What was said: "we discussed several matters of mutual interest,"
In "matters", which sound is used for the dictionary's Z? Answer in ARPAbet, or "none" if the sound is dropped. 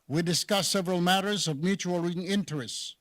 Z